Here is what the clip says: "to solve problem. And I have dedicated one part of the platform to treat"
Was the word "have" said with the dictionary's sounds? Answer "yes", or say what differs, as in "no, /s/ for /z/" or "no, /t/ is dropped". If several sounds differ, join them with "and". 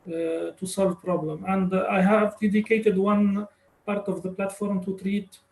yes